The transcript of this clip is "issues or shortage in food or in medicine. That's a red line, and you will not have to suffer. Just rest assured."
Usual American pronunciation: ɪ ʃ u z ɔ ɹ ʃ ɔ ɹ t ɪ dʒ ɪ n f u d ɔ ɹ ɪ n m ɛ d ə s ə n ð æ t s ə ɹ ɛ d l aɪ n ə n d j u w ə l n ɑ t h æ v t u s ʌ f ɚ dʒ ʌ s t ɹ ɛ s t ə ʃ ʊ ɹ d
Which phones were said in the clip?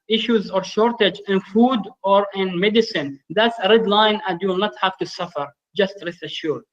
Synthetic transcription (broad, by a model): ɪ ʃ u z ɔ ɹ ʃ ɔ ɹ t ɪ dʒ ɪ n f u d ɔ ɹ ɪ n m ɛ d ə s ə n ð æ t s ə ɹ ɛ d l aɪ n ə d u n ɑ t h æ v t u s ʌ f ɚ dʒ ʌ s t ɹ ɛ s ə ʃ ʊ ɹ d